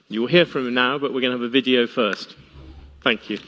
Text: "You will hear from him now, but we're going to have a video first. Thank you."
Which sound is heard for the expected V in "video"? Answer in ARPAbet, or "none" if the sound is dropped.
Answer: V